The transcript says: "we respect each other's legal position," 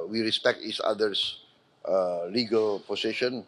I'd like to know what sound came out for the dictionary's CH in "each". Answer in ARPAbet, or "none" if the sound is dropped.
S